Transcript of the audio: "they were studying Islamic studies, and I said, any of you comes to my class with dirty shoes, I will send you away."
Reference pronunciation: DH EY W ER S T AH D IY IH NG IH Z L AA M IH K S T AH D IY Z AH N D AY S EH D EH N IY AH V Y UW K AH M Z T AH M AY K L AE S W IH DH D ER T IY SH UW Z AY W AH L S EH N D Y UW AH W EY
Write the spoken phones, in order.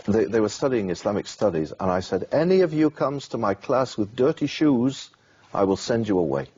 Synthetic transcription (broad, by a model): DH EY W ER S T AH D IY IH NG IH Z L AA M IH K S T AH D IY Z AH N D AY S EH D EH N IY AH V Y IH K AH M Z T AH M AY K L AE S W IH DH D ER T IY SH UW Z AY W AH L S EH N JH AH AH W EY